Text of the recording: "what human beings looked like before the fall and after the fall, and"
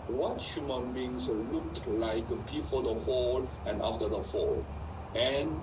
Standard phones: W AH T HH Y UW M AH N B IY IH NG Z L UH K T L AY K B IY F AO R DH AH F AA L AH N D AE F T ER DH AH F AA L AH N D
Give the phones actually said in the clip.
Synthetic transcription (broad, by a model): W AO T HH Y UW M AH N B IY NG S L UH K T L AY K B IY F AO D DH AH F AA L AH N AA F T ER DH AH F AA L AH N